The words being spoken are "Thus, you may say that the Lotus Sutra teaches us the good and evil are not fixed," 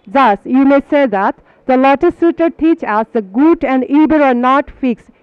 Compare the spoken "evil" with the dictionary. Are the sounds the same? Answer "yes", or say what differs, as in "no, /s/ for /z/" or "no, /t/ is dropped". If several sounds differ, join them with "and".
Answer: no, /b/ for /v/